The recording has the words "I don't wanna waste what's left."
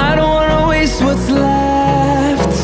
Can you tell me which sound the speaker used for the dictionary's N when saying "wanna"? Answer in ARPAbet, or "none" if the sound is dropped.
none